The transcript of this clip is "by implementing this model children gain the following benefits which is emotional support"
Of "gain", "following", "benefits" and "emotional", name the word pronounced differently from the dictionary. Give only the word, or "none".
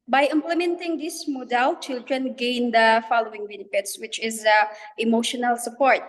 benefits